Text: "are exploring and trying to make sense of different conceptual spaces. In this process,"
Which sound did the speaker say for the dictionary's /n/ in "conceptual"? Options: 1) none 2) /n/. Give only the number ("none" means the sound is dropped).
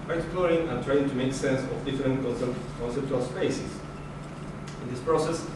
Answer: 2